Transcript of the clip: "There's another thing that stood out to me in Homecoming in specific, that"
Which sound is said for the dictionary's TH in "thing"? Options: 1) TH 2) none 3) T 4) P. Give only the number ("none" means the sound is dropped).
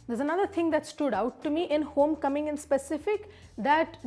3